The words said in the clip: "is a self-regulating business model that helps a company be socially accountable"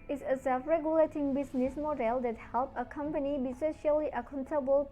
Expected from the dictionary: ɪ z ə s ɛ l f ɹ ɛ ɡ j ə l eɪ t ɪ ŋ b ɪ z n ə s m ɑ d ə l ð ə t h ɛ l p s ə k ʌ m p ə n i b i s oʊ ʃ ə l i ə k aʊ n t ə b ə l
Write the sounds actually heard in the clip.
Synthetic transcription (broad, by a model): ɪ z ə s ɛ l f ɹ ɛ ɡ j ə l eɪ t ɪ ŋ b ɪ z n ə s m ɑ d ə l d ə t h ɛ l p ə k ʌ m p ə n i b i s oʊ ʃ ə l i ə k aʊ n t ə b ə l